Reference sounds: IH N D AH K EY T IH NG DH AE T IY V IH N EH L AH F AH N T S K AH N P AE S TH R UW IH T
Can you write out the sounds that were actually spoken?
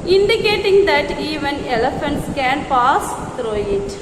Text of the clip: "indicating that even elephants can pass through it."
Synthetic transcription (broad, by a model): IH N D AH K EY T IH NG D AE T IY V IH N EH L AH F AH N T S K AH N P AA S T R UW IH T